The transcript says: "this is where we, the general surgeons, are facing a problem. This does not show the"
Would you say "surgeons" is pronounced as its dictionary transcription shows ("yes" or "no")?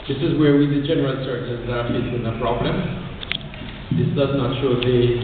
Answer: no